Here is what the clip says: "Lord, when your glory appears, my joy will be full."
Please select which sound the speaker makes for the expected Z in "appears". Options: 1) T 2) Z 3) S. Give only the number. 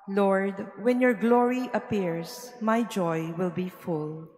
3